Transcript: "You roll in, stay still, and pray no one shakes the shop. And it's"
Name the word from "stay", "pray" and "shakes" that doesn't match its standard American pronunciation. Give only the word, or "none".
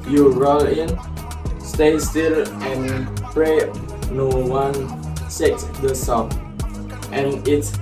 shakes